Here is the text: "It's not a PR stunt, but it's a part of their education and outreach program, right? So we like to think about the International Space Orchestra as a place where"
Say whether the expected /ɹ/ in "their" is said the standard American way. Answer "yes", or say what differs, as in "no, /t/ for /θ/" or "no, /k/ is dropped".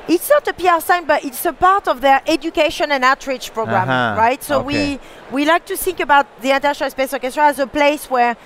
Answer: yes